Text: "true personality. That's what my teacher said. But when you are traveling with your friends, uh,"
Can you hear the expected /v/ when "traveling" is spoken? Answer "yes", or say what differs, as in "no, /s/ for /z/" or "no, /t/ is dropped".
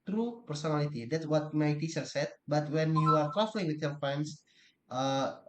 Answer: no, /f/ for /v/